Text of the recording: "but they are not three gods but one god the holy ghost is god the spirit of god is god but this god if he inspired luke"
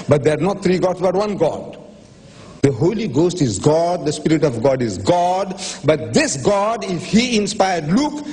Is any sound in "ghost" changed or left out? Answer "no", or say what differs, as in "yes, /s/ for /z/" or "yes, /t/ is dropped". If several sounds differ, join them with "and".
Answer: no